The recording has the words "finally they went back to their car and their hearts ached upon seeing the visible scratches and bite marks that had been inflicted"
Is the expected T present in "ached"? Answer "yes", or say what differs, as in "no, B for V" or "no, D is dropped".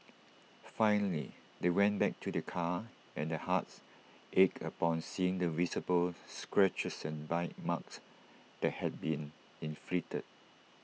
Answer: no, T is dropped